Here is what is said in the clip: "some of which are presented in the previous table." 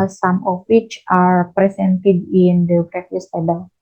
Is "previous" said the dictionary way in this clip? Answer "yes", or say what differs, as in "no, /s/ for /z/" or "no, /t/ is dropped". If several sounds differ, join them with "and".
no, /b/ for /p/ and /f/ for /v/